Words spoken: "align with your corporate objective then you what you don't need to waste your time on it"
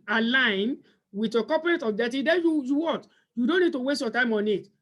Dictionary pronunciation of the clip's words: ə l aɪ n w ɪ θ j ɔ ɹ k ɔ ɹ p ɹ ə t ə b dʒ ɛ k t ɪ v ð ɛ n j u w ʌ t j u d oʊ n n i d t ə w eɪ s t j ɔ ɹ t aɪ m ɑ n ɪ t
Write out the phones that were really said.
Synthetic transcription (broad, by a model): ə l aɪ n w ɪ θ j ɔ k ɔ p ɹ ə t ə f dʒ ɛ t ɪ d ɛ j j u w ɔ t j u d oʊ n n i d t ə w eɪ s t j ɔ t aɪ m ɑ n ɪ t